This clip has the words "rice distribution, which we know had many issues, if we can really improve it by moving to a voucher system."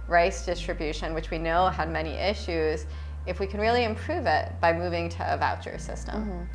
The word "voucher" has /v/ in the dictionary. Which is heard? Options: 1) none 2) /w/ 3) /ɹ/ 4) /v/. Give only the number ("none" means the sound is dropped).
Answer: 4